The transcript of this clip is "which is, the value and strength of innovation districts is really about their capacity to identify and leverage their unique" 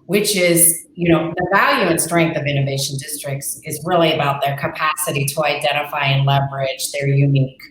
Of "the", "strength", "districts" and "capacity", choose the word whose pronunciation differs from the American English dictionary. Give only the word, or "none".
none